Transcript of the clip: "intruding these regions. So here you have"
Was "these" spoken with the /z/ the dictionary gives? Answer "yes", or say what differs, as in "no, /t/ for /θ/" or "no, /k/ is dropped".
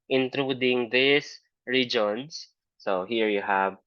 no, /s/ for /z/